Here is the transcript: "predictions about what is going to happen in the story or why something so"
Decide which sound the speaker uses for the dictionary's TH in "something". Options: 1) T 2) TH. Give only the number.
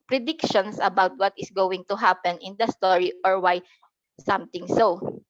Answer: 1